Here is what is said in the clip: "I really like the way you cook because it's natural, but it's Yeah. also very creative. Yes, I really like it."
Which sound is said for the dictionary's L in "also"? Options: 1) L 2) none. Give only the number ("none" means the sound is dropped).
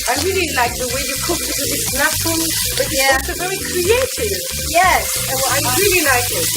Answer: 2